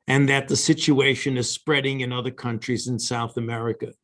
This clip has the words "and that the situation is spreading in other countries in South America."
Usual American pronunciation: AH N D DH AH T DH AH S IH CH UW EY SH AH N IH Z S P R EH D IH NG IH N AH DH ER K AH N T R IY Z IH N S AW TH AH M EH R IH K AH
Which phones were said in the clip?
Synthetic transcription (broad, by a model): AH N DH AH T DH AH S IH CH UW EY SH AH N IH Z S P R EH D IH NG IH N AH DH ER K AH N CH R IY Z IH N S AW TH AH M EH R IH K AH